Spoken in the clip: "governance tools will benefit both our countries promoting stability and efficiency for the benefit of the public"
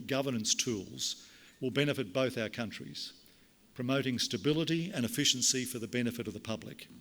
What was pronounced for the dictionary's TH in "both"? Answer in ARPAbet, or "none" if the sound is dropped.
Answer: TH